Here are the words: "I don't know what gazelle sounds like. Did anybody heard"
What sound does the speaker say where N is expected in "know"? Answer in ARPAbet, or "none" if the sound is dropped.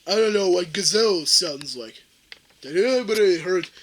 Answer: N